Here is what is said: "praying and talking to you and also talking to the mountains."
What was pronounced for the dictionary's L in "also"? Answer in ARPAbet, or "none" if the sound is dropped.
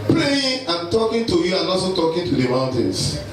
none